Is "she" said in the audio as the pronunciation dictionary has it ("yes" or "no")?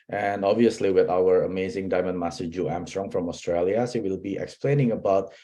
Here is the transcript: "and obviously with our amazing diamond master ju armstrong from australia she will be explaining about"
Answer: no